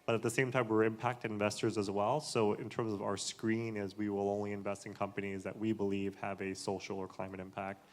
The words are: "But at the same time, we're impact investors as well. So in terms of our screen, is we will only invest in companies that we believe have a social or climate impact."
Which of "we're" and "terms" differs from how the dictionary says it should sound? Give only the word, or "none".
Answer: none